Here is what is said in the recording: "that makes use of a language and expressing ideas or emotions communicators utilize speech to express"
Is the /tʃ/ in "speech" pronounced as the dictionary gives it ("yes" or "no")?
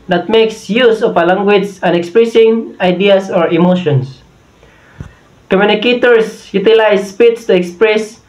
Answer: no